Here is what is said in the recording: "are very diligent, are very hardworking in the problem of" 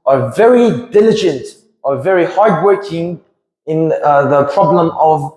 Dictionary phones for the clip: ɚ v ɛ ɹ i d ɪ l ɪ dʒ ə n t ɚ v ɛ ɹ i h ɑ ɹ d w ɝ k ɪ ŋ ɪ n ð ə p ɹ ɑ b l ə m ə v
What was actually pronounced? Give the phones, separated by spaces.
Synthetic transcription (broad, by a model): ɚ v ɛ ɹ i d ɪ l ɪ dʒ ə n t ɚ v ɛ ɹ i h ɑ ɹ d w ɝ k ɪ ŋ ɪ n ð ə p ɹ ɑ b l ə m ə v